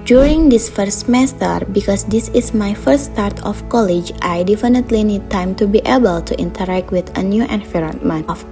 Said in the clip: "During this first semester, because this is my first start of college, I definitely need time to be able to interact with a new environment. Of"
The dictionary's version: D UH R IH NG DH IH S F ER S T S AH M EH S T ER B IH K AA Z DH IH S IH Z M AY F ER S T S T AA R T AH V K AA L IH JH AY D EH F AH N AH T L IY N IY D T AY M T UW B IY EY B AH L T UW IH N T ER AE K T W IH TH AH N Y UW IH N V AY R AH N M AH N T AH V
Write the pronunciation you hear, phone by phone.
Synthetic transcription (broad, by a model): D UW R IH NG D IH S F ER T S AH M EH S T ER B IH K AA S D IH S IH S M AY F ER T S T AA R T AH F K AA L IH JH AY D EH F AH N AH T L IY N IY D T AY M T UW B IY EY B AH L T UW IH N T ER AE K T W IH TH AH N Y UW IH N F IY R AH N M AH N AH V